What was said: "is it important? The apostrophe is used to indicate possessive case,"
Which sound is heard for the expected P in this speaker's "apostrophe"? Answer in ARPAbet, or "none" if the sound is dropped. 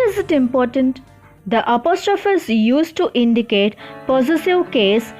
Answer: P